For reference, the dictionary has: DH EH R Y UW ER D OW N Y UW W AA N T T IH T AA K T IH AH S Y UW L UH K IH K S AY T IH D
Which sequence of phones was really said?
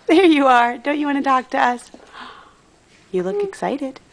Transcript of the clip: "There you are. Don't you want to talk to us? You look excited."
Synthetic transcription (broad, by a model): DH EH R Y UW ER D OW N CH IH W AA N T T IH T AA K T IH AH S Y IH L UH K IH K S AY T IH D